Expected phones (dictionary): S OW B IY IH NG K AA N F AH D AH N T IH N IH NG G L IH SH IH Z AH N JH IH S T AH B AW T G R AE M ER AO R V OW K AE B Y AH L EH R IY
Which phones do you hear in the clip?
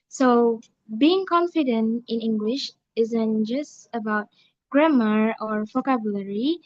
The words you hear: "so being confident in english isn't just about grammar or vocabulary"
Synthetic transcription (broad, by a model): S OW B IY IH NG K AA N F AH D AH N T IH N IH NG G L IH SH IH Z AH N JH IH S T AH B AW T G R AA M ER AO R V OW K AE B Y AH L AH R IY